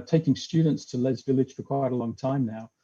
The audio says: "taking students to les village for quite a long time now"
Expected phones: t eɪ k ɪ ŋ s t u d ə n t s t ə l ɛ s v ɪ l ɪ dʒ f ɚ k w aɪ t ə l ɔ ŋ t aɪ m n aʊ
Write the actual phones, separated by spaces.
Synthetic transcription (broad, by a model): t eɪ k ɪ ŋ s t u d n t s t ə l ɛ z v ɪ l ɪ dʒ f ɚ k w aɪ t ə l ɔ ŋ t aɪ m n aʊ